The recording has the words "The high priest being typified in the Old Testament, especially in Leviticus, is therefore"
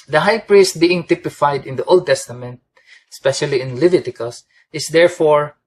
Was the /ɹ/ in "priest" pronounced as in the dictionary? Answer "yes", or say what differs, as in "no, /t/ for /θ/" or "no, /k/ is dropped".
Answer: yes